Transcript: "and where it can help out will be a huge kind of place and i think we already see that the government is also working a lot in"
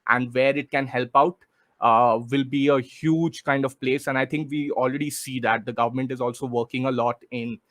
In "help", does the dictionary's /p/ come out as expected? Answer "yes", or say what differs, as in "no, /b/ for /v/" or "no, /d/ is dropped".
yes